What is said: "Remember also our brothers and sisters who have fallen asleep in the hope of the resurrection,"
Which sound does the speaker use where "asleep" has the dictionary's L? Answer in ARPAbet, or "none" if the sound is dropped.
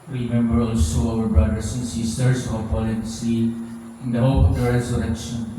none